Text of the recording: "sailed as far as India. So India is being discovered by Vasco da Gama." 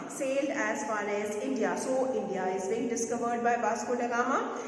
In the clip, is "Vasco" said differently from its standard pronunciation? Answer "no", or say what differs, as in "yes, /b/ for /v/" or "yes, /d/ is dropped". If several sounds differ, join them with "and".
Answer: yes, /b/ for /v/